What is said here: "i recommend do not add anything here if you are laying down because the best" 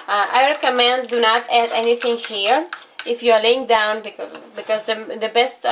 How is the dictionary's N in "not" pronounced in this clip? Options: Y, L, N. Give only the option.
N